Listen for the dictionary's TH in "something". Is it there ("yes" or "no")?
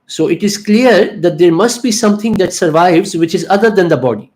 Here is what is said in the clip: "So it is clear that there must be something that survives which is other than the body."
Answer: no